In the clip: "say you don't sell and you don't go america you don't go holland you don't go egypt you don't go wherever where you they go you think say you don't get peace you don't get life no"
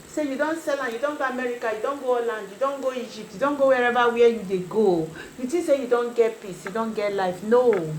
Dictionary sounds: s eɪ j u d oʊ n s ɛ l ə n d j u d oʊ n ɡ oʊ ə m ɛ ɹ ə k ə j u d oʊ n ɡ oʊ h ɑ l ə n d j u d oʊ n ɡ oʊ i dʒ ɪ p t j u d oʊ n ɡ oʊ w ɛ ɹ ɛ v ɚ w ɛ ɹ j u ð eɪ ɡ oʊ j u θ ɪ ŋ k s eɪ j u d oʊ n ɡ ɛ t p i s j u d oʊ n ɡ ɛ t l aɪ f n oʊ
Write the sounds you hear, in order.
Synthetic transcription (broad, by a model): s eɪ j u d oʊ n s ɛ l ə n j u d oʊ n ɡ oʊ ə m ɛ ɹ ə k ə j u d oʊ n ɡ oʊ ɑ l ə n d j u d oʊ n ɡ oʊ i dʒ ɪ p t j u d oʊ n ɡ oʊ w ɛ ɹ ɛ v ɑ w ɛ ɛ j u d eɪ ɡ oʊ j u t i s eɪ j u d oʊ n ɡ ɛ t p i s j u d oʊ n ɡ ɛ t l aɪ f n oʊ